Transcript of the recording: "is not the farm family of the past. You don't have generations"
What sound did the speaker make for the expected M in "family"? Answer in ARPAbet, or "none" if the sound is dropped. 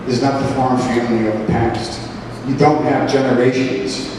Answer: none